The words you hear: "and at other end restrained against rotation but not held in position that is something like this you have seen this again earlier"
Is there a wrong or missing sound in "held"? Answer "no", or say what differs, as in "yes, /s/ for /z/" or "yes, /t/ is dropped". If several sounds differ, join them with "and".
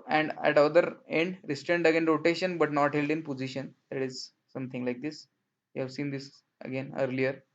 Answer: no